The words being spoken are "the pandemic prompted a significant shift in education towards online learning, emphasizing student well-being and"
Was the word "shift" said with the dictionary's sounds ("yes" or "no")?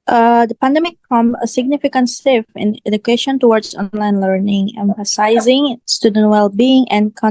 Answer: no